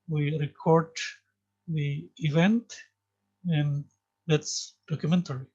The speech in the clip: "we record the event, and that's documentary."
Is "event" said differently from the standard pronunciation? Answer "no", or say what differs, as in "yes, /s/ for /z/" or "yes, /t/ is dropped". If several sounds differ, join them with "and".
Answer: no